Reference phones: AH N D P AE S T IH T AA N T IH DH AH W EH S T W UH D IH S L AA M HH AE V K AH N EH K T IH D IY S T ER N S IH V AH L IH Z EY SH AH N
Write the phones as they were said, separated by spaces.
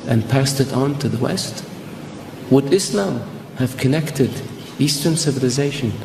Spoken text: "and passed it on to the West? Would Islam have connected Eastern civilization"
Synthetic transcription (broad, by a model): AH N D P AE S T IH T N T IH DH AH W EH S T W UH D IH S L AA M HH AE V K AH N EH K T IH D IY S T ER N S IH V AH L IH Z EY SH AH N